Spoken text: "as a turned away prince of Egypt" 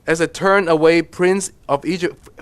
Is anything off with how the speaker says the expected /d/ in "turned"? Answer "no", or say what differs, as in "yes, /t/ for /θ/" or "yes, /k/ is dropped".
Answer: yes, /d/ is dropped